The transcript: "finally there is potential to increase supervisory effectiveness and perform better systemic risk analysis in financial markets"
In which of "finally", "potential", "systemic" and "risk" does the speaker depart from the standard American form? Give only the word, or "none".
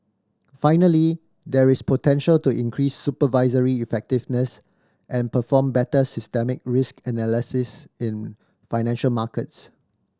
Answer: none